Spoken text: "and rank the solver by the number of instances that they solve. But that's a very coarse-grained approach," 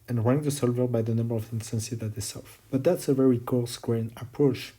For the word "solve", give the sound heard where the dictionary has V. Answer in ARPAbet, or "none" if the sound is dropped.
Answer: F